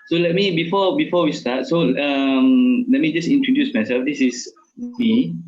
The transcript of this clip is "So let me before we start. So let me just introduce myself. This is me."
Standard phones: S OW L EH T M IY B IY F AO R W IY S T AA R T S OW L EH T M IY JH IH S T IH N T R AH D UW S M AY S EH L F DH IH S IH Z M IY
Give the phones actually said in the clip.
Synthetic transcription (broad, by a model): S OW L EH T M IY B IY F AO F W IY S T AA T S OW L EH T M IY JH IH S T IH N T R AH D UW S M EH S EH F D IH S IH S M IY